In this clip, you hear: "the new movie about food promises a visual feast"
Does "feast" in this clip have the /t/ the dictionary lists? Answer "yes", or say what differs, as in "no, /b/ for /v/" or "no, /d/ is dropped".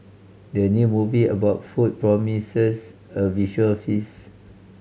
no, /t/ is dropped